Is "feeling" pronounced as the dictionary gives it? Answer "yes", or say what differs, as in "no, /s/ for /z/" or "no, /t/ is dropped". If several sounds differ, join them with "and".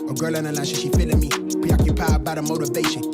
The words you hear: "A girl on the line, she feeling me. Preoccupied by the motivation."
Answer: no, /n/ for /l/